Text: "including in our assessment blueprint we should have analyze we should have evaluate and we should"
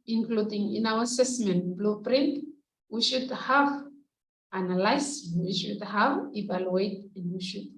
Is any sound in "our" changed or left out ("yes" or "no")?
yes